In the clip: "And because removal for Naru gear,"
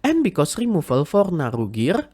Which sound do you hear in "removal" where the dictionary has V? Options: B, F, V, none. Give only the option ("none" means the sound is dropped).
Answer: F